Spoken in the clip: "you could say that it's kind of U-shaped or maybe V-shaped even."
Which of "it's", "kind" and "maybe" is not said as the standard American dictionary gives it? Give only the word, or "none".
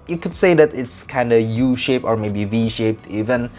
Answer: none